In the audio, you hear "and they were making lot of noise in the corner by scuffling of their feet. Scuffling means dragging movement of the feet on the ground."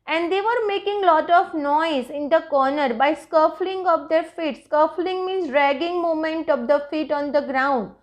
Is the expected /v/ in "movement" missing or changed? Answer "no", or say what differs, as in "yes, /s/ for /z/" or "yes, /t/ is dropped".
yes, /v/ is dropped